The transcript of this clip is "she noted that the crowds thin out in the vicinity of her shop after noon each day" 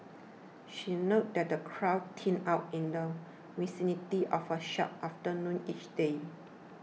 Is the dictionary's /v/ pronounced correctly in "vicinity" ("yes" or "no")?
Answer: no